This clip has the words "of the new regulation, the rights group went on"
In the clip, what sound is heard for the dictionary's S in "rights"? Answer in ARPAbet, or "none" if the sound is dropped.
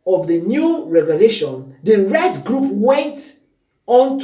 none